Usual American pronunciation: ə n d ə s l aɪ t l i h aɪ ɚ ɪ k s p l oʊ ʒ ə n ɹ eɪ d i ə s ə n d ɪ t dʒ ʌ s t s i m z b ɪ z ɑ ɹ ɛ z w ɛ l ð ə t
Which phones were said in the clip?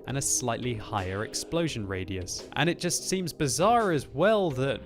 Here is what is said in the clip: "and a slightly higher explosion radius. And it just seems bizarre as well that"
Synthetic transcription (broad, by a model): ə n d ə s l aɪ t l i h aɪ ɚ ɪ k s p l oʊ ʒ ə n ɹ eɪ d i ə s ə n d ɪ t dʒ ʌ s t s i m z b ɪ z ɑ ɹ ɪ z w ɛ l ð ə t